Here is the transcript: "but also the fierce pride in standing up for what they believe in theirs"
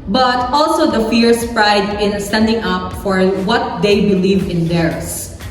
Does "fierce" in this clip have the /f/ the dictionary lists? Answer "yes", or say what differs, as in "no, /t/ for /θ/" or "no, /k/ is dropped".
yes